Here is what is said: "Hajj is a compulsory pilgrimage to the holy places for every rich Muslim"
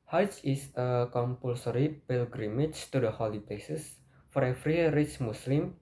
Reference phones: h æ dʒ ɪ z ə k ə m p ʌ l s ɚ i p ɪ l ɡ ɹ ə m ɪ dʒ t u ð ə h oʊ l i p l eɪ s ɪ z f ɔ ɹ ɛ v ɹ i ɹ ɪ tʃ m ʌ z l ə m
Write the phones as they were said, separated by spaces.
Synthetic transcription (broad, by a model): h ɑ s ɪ s ə k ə m p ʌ l s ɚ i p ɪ l ɡ ɹ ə m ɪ tʃ t u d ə h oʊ l i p l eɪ s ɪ s f ɔ ɹ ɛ f ɹ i ɹ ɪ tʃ m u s l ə m